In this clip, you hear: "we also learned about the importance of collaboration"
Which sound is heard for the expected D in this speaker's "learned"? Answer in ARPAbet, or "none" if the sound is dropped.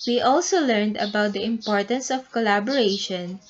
D